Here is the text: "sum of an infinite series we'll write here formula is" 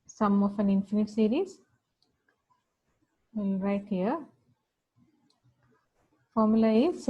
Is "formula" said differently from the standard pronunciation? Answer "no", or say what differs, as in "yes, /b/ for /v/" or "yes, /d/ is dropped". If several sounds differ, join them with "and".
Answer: no